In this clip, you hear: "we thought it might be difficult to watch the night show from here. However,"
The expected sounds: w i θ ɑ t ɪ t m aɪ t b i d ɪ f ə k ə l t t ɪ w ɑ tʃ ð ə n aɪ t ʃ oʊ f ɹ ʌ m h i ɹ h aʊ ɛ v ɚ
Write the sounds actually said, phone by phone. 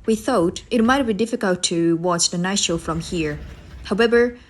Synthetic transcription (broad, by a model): w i θ ɑ t ɪ t m aɪ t b i d ɪ f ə k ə l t t ɪ w ɑ tʃ ð ə n aɪ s ʃ oʊ f ɹ ʌ m h i ɹ h aʊ ɛ v ɚ